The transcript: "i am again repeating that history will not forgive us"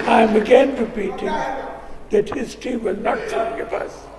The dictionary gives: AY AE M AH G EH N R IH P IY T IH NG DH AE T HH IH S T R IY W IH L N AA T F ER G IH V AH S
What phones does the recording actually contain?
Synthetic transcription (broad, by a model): AY M AH G EH N R IH P IY T IH NG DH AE T HH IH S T IY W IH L N AA T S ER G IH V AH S